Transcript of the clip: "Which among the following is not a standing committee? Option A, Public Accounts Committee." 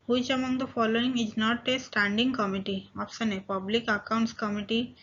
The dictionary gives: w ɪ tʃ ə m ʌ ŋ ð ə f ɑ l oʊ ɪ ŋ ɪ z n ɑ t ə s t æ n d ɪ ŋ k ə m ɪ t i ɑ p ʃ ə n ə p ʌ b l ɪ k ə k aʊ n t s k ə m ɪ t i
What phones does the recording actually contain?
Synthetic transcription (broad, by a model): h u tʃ ə m ʌ ŋ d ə f ɑ l oʊ ɪ ŋ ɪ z n ɑ t ə s t æ n d ɪ ŋ k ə m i t i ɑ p s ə n ə p ʌ b l ɪ k ə k aʊ n t s k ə m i t i